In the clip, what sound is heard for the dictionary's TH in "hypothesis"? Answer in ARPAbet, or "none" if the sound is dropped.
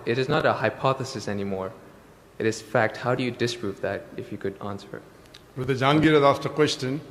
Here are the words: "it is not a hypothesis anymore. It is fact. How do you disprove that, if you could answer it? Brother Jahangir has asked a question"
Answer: TH